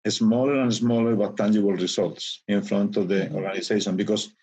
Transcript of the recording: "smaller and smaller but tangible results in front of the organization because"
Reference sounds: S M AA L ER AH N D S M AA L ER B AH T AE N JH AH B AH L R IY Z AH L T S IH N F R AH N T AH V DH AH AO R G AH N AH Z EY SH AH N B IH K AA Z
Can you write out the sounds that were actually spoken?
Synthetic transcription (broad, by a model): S M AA L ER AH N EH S M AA L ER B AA T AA N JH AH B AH L R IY S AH L T S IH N F R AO N T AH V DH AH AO R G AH N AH S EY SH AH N B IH K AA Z